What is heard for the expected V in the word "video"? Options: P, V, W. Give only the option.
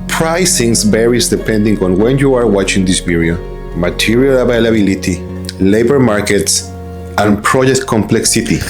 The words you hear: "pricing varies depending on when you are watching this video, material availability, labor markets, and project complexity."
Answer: P